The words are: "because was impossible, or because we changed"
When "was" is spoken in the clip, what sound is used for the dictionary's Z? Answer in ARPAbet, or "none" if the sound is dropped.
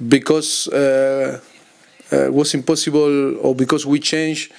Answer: S